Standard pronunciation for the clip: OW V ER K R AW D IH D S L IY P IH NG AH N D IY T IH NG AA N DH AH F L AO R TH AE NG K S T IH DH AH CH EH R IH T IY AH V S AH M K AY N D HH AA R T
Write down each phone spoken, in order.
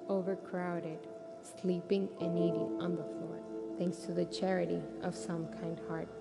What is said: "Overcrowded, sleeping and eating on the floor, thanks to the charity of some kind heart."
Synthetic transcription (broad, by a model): OW V ER K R AW D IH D S L IY P IH NG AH N IY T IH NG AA N DH AH F L AO R TH AE NG K S T IH DH AH CH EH R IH T IY AH V S AH M K AY N D HH AA R T